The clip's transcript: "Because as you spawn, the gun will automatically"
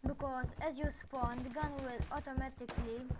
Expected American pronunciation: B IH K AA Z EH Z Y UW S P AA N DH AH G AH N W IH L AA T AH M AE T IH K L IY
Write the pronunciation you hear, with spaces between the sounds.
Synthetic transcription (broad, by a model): B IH K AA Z EH Z Y UW S P AA N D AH G AH N W IH L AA T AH M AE T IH K L IY